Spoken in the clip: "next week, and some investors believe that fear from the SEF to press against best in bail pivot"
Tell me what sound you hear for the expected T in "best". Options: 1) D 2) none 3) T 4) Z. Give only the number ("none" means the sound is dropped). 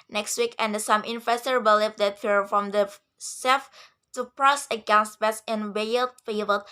2